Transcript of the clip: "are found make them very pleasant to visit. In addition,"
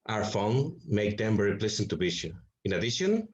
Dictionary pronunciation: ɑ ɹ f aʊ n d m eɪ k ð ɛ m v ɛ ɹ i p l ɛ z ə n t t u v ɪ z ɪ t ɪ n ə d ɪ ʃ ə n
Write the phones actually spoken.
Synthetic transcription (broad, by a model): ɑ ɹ f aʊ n m eɪ k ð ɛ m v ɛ ɹ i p l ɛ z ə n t t u b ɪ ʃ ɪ ɪ n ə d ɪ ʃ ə n